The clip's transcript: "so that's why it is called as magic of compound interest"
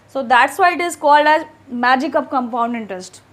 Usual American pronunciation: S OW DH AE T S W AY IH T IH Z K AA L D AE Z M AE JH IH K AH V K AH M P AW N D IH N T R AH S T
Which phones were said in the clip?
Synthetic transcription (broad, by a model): S OW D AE T S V AY IH T IH Z K AA L D AE Z M AE JH IH K AH V K AH M P AW N D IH N T R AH S T